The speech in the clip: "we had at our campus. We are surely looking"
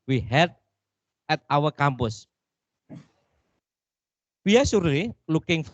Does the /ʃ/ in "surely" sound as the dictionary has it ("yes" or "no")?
no